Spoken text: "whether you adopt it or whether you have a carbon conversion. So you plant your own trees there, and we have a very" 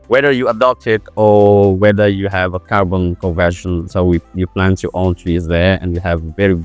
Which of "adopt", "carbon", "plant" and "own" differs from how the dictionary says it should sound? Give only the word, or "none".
none